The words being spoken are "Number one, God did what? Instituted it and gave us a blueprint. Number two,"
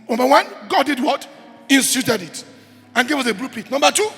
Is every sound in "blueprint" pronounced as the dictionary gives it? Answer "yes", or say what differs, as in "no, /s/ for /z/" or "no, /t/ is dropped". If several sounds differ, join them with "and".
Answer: no, /n/ is dropped